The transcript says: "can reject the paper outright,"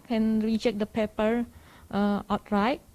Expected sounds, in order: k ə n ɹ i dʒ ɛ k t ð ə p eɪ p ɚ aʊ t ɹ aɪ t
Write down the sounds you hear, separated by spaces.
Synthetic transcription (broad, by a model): k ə n ɹ i tʃ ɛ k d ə p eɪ p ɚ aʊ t ɹ aɪ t